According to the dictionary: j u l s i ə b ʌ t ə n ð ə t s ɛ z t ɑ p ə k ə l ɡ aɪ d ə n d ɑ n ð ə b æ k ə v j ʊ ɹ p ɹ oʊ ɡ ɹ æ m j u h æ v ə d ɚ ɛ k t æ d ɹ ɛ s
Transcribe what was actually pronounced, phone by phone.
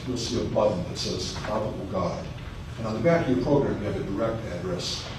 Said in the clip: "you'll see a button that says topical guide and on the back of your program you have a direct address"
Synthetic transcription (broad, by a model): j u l s i ə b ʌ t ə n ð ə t s ɛ z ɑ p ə ə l ɡ aɪ d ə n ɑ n ð ə b æ k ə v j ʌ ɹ p ɹ oʊ ɡ ɹ æ m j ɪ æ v ə d ɚ ɛ k t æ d ɹ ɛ s